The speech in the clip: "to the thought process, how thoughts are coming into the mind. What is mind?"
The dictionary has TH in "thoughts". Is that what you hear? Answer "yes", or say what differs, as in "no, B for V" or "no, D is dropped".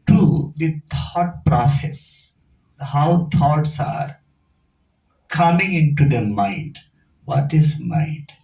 no, T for TH